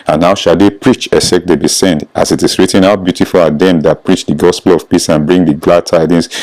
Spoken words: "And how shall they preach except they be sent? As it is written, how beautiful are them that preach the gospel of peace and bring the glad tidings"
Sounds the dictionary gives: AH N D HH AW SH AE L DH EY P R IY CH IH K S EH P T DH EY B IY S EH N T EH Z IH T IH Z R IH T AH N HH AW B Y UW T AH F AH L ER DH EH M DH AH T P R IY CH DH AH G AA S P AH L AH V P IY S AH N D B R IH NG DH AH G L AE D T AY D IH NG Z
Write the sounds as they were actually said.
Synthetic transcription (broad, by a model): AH N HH AW SH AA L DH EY P R IY CH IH S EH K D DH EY B IY S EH N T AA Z IH T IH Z R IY T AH N HH AW B Y UW T AH F AH L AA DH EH M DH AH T P R IY CH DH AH G AA S P AH L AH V P IY S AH N B R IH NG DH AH G L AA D T AY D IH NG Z